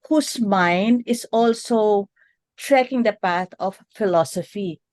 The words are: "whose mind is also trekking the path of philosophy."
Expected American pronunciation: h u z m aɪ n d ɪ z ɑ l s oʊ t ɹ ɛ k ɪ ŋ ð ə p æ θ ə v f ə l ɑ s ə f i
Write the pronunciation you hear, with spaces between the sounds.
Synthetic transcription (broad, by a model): h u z m aɪ n d ɪ z ɑ l s oʊ t ɹ ɛ k ɪ ŋ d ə p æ t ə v f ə l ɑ s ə f i